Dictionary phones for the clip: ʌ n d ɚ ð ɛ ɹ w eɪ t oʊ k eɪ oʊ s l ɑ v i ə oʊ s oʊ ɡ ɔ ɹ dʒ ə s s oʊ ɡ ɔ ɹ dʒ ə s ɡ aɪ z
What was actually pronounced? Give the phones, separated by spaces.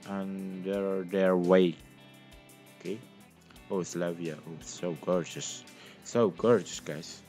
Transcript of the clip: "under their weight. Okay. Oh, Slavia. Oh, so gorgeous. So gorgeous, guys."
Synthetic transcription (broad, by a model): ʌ n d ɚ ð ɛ ɹ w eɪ oʊ k eɪ oʊ s l ɑ v i ə oʊ s oʊ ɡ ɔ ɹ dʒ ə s s oʊ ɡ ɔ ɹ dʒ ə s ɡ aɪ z